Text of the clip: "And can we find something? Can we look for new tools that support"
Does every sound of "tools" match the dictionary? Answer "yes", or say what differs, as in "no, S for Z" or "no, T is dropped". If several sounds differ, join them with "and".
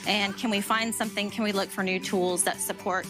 yes